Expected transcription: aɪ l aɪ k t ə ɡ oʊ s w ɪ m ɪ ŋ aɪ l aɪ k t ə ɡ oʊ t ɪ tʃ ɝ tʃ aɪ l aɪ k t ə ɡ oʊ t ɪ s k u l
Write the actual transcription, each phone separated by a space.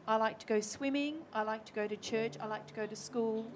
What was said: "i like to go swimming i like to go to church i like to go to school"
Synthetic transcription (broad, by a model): aɪ l aɪ k t ə ɡ oʊ s w ɪ m ɪ ŋ aɪ l aɪ k t ə ɡ oʊ t ɪ tʃ ɝ tʃ aɪ l aɪ k t ə ɡ oʊ t ɪ s k u l